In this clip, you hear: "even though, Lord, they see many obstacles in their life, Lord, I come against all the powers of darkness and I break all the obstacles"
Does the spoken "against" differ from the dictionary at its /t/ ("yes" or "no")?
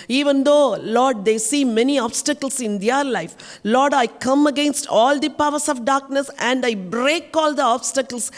no